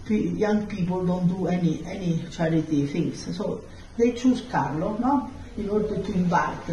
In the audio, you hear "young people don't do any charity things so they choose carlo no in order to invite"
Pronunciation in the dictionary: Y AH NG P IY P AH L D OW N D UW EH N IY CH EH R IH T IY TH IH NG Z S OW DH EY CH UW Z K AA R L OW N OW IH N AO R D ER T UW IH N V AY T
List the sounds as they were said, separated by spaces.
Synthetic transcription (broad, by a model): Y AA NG P IY P AH L D OW N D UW EH N IY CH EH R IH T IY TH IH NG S S OW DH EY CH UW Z K AA R L OW N OW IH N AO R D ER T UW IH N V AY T